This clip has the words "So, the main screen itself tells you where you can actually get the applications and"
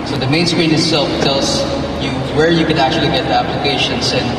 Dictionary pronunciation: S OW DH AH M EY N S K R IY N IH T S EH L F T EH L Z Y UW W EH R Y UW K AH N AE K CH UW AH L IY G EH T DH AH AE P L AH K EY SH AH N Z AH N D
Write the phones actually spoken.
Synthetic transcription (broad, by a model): S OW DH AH M EY N S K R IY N IH T S EH L F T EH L S Y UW W EH R Y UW K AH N AE K CH UW AH L IY G EH T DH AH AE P L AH K EY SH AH N S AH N